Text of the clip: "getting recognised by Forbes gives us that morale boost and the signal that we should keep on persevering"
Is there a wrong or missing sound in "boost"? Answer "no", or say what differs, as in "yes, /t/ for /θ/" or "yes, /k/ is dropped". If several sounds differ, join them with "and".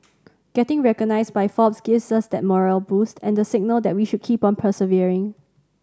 no